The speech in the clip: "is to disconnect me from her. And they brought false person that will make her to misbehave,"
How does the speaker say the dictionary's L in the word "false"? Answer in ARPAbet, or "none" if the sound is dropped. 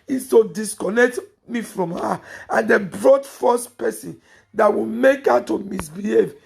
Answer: none